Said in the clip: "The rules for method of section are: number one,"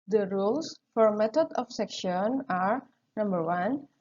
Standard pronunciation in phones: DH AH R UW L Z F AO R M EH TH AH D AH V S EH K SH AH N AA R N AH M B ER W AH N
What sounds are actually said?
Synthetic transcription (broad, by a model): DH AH R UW L S F AO R M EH T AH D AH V S EH K SH AH N AA R N AH M B ER W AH N